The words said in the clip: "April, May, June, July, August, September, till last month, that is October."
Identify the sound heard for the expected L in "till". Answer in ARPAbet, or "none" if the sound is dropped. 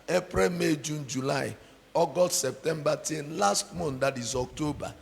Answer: N